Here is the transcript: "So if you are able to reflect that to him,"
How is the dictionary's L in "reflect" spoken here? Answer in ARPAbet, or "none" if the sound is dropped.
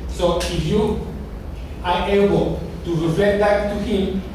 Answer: none